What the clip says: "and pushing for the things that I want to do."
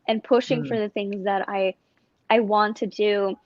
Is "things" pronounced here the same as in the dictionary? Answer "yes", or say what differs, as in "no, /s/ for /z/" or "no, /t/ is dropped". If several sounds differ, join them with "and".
yes